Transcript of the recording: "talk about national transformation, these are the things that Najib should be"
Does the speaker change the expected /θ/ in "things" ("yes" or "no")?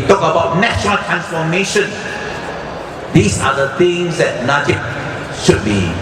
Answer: yes